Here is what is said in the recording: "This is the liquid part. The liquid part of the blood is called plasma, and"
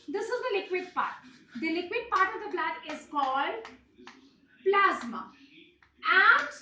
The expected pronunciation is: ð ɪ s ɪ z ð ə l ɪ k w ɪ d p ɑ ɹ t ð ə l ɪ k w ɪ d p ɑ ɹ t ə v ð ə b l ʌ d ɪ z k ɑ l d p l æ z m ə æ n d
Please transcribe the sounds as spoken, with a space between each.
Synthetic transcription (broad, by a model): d ɪ s ɪ z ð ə l ɪ k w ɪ d p ɑ ɹ t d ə l ɪ k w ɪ d p ɑ ɹ t ə v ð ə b l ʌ d ɪ z k ɑ l d p l æ z m ə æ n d